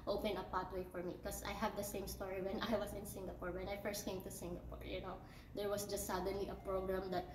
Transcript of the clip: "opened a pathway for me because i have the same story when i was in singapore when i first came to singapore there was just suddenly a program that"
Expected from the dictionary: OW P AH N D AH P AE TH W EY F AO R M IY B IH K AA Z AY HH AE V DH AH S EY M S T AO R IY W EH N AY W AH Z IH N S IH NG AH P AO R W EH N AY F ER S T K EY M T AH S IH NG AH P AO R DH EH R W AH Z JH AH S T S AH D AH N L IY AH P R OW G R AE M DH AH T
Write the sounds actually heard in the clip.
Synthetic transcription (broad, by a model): OW P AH N AH P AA T W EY F AO R M IY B K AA S AY HH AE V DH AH S EY M S T AO R IY W EH N AY W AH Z IH N S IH NG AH P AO R W EH N AY F ER S T K EY M T AH S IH NG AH P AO R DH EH R W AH S JH AH S T S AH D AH N L IY AH P R OW G R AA M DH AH T